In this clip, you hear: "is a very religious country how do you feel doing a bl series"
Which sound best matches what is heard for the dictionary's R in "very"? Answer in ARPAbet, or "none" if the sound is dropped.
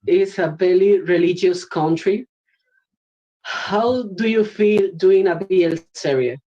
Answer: L